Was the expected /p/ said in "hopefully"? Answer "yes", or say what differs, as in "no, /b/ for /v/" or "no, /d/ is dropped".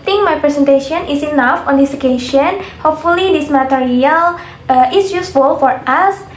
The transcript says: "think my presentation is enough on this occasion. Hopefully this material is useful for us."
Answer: yes